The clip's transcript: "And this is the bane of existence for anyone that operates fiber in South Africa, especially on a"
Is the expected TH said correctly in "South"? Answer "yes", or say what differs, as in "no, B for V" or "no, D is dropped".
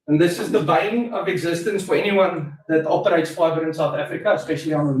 yes